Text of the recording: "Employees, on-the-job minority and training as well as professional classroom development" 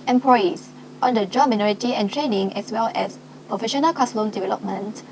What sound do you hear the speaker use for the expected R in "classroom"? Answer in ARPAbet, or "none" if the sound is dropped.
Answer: L